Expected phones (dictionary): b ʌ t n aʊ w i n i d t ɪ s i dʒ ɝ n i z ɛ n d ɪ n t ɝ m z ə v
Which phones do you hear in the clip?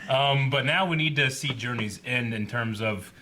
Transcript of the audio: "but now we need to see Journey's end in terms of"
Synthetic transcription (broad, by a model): b ʌ t n aʊ w i n i d t ɪ s i dʒ ɝ n i z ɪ n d ɪ n t ɝ m z ə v